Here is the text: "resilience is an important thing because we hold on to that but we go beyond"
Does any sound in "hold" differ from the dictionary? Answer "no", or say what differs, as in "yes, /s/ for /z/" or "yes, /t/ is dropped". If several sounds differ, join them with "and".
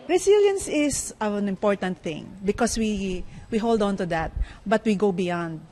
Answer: no